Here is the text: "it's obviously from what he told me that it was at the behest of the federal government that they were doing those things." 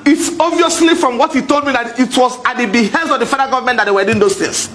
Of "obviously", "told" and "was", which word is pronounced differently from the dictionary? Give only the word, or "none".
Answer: obviously